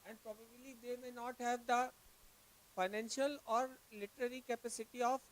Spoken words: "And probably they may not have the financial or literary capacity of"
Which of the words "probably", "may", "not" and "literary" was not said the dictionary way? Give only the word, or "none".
none